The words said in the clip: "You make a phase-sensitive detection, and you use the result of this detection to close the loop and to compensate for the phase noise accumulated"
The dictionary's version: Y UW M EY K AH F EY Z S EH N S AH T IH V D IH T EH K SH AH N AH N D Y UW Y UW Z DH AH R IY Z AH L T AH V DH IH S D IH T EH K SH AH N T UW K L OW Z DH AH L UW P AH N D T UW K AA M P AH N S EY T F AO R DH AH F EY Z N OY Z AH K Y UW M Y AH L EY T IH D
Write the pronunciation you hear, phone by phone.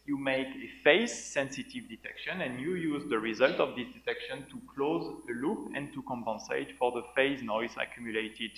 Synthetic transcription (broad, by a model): Y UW M EY K AH F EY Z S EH N S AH T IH V D IH T EH K SH AH N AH N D Y UW Y UW Z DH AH R IY Z AH L T AH V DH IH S D IH T EH K SH AH N T UW K L OW Z DH AH L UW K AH N T UW K AA M P AH N S EY T F AO R DH AH F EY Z N OY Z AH K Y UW M Y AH L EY T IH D